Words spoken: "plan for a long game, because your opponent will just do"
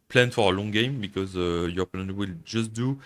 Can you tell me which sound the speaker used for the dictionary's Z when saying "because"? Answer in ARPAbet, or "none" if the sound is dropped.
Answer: Z